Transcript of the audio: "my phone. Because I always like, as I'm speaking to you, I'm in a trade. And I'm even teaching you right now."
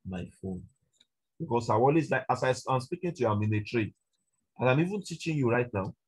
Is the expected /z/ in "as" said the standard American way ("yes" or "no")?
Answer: no